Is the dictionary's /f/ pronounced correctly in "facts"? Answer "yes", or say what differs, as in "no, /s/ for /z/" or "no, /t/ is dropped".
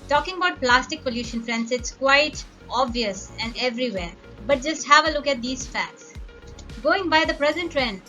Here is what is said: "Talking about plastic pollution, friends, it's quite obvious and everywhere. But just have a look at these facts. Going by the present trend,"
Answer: yes